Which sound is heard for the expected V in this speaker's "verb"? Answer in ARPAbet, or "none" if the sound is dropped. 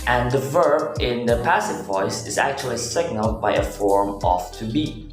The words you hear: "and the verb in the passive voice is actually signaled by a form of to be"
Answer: V